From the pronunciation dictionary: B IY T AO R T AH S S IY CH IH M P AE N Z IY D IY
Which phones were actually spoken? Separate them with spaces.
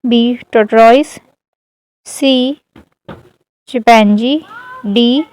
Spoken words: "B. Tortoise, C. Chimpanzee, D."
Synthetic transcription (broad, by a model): B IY T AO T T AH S S IY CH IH P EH N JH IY D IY